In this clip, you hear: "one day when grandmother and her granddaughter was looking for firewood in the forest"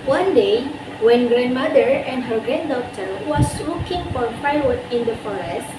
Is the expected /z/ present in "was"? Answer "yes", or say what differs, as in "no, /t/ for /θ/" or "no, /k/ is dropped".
no, /s/ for /z/